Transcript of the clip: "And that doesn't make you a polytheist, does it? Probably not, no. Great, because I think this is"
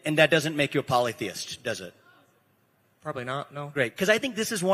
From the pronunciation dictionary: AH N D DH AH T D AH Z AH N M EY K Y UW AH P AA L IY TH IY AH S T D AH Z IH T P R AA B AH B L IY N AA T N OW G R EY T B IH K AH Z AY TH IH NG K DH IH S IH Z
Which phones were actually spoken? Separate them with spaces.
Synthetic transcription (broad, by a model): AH N DH AH T D AH Z AH N M EY K Y AH P AA L IY TH IY AH S T D AH Z IH T P R AA B AH B L IY N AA T N OW G R EY T K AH Z AY TH IH NG K DH IH S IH Z